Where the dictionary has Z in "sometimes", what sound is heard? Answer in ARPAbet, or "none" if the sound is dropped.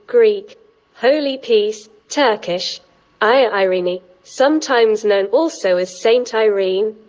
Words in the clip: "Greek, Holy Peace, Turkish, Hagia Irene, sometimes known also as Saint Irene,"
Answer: Z